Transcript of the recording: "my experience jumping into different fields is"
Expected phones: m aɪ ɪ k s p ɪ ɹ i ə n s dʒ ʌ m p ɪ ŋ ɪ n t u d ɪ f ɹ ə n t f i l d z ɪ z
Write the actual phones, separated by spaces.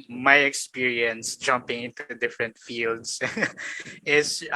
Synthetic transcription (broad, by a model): m aɪ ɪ k s p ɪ ɹ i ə n s dʒ ʌ m p ɪ ŋ ɪ n t u d ɪ f ɹ ə n t f i l d s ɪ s